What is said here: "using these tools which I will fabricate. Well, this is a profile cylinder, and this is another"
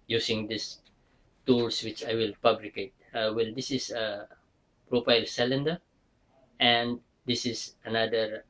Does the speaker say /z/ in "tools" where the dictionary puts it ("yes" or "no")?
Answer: no